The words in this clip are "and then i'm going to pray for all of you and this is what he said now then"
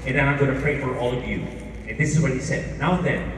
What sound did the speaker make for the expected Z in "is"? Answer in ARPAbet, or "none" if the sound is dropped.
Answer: Z